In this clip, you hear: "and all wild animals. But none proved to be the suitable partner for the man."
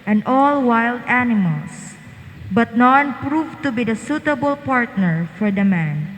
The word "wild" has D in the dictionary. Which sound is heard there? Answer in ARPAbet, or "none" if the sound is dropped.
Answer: D